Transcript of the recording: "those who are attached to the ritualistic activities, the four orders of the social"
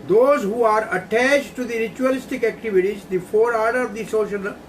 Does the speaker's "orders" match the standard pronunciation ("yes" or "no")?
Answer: no